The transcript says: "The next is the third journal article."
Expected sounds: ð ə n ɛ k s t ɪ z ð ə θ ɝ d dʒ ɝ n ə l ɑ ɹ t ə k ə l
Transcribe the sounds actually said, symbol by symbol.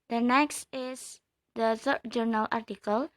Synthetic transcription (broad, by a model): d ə n ɛ k s t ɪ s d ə s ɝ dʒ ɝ n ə l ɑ ɹ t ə k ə l